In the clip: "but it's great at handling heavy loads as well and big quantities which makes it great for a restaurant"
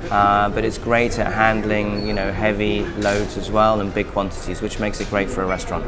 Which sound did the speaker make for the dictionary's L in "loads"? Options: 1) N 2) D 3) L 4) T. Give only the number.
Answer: 3